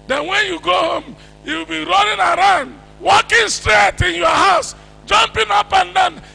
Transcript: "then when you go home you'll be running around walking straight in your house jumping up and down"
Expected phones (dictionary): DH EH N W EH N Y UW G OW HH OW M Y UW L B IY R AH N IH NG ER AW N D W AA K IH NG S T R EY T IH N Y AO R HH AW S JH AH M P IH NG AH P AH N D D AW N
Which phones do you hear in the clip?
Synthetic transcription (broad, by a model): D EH N W EH N Y UW G OW HH OW M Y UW W B IY R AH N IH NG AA AW N D W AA K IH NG S T R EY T IH N Y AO HH AW S JH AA M P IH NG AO P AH N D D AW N